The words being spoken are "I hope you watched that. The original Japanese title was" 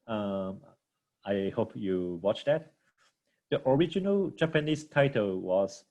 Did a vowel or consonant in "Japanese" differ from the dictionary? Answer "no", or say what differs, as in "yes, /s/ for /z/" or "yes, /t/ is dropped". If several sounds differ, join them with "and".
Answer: yes, /s/ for /z/